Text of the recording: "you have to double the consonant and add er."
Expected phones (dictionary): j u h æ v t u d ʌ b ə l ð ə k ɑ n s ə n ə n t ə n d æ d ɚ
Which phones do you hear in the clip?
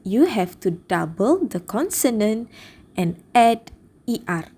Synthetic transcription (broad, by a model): j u h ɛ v t u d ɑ b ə l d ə k ɑ n s ə n ə n t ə n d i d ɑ